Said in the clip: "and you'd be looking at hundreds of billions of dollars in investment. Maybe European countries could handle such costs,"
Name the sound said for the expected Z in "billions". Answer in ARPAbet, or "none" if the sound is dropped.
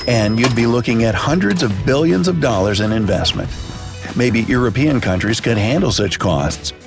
Z